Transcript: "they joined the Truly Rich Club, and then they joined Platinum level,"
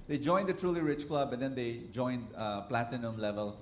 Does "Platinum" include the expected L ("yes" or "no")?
yes